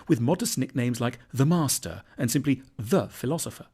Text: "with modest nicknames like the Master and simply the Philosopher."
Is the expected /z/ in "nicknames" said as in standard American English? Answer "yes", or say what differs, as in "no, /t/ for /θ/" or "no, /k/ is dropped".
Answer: yes